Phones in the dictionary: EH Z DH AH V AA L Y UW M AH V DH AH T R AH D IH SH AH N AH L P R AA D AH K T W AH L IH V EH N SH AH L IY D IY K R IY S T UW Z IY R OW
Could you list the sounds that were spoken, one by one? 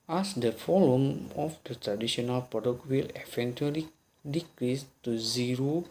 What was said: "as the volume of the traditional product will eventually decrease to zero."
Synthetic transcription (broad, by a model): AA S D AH F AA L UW M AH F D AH T R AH D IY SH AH N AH L P R AA D AH K T W AH L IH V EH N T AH L IY D IY K R IY S T UW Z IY R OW